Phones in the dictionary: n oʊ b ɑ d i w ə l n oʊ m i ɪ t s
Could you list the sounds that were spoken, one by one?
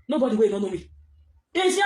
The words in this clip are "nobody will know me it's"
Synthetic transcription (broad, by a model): n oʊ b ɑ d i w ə n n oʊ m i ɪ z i